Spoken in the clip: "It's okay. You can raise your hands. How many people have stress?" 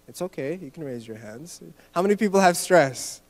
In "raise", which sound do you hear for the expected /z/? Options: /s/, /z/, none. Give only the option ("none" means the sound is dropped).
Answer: /z/